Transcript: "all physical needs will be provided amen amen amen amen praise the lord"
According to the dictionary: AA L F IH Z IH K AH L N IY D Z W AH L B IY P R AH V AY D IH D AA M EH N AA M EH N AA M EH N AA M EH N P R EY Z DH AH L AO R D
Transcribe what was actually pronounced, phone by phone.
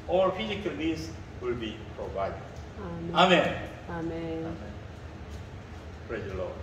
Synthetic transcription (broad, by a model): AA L F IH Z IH K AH L L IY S W AH L B IY P R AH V AY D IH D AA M AA M EH N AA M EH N AA M EH N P R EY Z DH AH L AO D